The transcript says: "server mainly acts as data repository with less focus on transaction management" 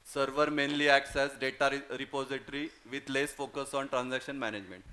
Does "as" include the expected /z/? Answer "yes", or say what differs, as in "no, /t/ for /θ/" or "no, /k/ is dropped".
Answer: no, /s/ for /z/